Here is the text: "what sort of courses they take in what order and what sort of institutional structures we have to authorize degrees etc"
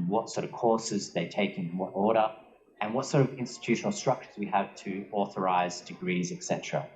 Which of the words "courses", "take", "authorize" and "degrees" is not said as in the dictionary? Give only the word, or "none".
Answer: none